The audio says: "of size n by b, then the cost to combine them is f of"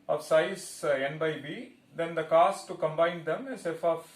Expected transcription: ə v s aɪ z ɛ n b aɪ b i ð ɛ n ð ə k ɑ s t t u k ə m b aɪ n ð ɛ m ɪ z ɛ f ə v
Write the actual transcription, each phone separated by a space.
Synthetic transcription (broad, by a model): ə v s aɪ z ɛ n b aɪ b i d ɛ n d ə k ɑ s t t u k ə m b aɪ n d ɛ m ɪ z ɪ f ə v